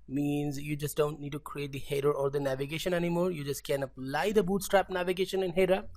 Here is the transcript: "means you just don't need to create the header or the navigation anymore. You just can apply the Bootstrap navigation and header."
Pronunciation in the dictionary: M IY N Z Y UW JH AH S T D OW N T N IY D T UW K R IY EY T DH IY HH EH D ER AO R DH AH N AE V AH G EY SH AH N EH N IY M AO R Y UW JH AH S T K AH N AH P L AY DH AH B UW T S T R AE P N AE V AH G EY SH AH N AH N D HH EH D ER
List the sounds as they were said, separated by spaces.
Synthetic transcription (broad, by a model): M IY N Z Y UW JH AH S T D OW N T N IY D T UW K R IY EY T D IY HH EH D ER AO R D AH N AE V AH G EY SH AH N EH N IY M AO R Y UW JH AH S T K AH N AH P L AY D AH B UW T S T R AE P N AE V AH G EY SH AH N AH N HH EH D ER